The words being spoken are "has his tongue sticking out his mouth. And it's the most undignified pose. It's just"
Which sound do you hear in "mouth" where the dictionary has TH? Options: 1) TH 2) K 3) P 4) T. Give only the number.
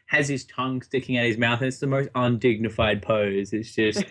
1